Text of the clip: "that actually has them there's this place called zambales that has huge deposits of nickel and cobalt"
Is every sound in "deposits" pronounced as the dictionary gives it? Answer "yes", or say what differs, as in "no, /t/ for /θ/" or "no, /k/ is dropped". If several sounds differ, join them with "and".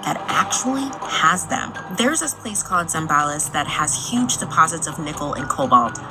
yes